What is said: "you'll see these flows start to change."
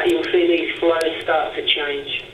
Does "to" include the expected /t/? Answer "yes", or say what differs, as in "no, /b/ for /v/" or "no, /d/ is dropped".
no, /s/ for /t/